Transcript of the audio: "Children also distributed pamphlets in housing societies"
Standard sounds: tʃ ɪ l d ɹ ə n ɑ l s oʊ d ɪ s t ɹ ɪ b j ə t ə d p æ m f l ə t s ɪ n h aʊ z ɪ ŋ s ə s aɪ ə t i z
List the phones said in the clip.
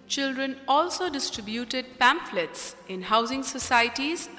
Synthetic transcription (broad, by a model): tʃ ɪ l d ɹ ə n ɑ l s oʊ d ɪ s t ɹ ɪ b j ə t ə d p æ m f l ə t s ɪ n h aʊ z ɪ ŋ s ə s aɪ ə t i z